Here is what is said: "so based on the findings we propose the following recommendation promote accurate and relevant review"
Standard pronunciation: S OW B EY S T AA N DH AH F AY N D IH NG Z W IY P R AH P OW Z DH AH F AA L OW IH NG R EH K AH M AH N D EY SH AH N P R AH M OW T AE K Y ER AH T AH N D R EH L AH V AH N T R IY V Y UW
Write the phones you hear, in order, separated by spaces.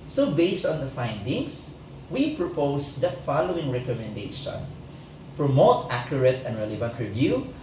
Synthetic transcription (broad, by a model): S OW B EY S T AA N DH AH F AY N D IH NG S W IY P R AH P OW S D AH F AA L OW IH NG R EH K AH M AH N D EY SH AH N P R AH M OW T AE K Y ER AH T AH N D R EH L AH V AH N T R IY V Y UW